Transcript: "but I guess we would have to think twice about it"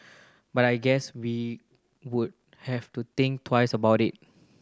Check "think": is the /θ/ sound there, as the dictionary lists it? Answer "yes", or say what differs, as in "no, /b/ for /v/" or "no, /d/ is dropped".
no, /t/ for /θ/